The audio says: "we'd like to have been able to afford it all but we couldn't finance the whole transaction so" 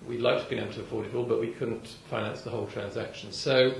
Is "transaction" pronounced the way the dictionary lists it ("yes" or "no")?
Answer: yes